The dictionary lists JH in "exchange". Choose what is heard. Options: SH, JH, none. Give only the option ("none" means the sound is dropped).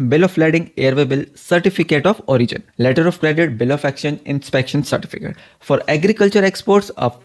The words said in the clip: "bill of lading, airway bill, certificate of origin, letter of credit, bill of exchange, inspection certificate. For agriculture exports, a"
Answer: none